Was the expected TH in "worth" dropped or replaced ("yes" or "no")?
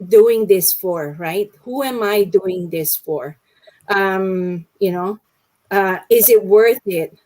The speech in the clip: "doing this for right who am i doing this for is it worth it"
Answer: no